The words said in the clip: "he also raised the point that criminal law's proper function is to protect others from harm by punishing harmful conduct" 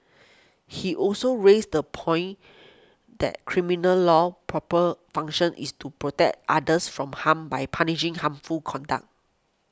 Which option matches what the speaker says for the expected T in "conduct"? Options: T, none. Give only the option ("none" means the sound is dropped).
none